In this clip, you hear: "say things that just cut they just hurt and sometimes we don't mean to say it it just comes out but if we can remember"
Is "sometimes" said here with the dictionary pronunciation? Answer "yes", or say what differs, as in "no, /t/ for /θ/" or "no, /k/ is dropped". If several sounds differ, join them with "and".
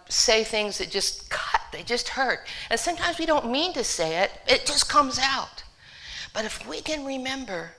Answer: yes